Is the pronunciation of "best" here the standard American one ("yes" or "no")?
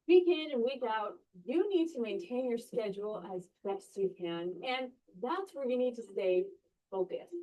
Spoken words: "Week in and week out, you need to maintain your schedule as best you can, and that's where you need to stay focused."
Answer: no